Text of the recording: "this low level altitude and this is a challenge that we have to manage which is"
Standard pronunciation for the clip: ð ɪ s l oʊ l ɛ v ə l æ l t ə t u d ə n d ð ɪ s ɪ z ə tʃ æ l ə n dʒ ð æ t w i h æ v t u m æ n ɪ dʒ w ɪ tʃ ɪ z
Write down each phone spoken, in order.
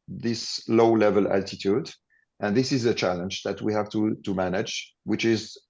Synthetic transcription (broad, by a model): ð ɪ s l oʊ l ɛ v ə l æ l t ə t u d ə n ð ɪ s ɪ z ə tʃ æ l ə n dʒ ð æ t w i h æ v t u m æ n ɪ dʒ w ɪ tʃ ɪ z